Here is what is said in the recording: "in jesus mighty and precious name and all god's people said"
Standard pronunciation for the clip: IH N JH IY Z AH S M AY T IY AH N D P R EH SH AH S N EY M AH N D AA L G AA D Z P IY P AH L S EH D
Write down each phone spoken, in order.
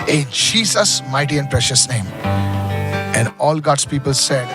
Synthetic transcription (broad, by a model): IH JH IY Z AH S M AY T IY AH N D P R EH SH AH S N EY M AH N D AA L G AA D S P IY P AH L S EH D